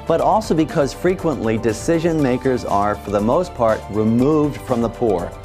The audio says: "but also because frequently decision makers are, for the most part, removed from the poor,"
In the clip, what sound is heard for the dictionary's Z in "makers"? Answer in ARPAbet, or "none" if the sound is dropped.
Z